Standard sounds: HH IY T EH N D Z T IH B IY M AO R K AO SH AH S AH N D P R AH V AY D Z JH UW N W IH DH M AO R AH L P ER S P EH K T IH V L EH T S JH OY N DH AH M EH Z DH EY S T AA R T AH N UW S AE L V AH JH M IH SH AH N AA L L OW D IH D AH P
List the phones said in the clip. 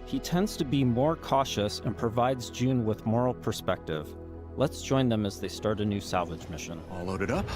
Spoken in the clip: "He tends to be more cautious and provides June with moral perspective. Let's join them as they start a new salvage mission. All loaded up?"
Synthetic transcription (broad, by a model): HH IY T EH N D Z T IH B IY M AO R K AO SH AH S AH N P R AH V AY D Z JH UW N W IH DH M AO R L P ER S P EH K T IH V L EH T S JH OY N DH AH M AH Z DH EY S T AA R T AH N UW S AE L V AH JH M IH SH AH N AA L L OW D IH D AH P